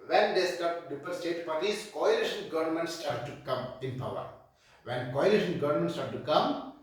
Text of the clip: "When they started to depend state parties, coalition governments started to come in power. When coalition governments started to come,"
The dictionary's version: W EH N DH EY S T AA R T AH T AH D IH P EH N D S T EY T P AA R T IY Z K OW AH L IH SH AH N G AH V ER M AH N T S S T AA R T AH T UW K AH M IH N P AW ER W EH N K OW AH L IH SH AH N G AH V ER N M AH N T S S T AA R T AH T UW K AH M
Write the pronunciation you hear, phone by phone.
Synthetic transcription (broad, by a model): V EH N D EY S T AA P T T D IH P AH D S T EY T P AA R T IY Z K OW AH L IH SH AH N G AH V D M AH N T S S T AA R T T UW K AH M IH N P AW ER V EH N K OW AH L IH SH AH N G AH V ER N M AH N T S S T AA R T T UW K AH M